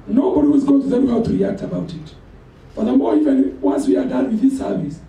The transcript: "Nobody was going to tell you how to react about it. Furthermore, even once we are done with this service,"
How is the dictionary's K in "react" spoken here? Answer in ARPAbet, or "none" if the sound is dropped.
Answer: K